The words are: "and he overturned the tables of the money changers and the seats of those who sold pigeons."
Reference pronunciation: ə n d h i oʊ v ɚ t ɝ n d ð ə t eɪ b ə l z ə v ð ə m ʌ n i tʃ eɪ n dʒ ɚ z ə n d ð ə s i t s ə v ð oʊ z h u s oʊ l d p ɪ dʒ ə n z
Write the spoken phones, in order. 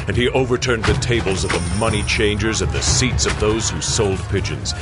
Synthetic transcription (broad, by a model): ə n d i oʊ v ɚ t ɝ n d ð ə t eɪ b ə l z ə v ð ə m ʌ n i tʃ eɪ n dʒ ɚ z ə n ð ə s i t s ə v ð oʊ z h u s oʊ l d p ɪ dʒ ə n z